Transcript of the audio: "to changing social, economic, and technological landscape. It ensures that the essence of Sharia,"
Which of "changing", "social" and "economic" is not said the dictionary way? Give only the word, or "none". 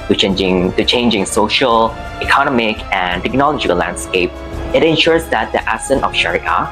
none